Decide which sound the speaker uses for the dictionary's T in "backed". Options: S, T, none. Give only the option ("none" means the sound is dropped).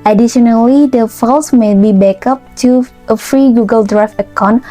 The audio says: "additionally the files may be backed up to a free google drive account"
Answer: none